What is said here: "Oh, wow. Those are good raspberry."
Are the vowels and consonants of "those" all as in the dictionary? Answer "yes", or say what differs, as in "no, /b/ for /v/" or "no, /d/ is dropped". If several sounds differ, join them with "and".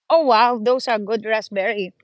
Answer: no, /s/ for /z/